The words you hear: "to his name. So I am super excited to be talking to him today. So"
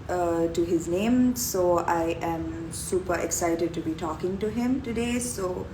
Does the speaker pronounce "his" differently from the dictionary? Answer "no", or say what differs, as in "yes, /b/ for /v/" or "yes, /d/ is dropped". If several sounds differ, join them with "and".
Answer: no